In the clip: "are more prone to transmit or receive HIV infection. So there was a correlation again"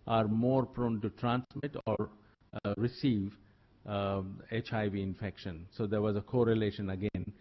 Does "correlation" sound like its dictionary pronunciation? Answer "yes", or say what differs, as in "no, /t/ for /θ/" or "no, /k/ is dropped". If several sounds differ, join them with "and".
yes